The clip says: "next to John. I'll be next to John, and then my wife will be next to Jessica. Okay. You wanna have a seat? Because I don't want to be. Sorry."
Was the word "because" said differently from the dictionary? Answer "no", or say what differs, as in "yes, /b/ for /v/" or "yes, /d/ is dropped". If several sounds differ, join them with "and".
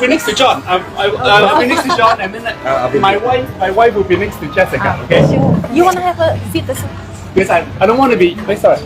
yes, /s/ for /z/